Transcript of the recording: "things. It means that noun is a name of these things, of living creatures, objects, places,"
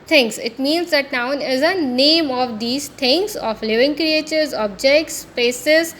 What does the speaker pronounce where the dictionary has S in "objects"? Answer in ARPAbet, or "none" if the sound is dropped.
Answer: S